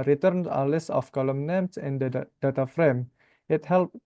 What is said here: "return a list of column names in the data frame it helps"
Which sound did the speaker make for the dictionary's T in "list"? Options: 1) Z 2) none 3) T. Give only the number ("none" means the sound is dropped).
2